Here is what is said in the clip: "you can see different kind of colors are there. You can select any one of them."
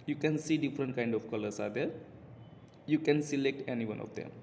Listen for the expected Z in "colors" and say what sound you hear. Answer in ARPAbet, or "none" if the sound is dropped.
S